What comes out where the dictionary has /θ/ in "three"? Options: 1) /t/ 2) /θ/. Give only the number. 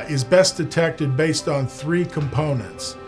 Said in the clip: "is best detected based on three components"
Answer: 2